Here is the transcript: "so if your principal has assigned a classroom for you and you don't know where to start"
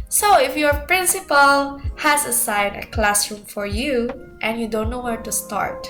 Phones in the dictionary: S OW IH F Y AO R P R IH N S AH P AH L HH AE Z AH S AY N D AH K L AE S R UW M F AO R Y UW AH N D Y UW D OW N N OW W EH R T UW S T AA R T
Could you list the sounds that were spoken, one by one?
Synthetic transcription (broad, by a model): S OW IH F Y AO R P R IH N S AH P AH L HH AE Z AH S AY N AH K L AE S R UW M F AO R Y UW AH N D Y UW D OW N N OW W EH R T UW S T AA R T